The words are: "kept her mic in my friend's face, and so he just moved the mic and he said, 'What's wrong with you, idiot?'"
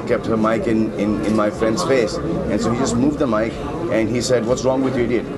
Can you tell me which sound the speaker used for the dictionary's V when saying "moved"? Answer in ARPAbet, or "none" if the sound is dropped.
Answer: V